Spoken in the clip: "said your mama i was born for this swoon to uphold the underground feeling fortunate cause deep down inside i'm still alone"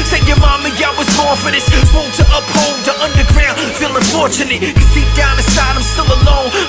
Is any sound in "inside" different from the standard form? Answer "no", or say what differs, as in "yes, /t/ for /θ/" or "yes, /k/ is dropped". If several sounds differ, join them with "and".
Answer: yes, /n/ is dropped